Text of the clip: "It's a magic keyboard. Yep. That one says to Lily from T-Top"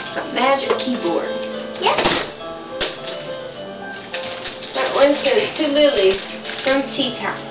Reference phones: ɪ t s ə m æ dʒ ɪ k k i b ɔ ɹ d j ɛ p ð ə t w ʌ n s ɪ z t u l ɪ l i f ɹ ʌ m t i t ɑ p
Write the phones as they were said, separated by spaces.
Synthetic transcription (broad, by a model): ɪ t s ə m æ dʒ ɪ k k i b ɔ ɹ d j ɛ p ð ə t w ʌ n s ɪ t u l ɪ l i f ɹ ʌ m t i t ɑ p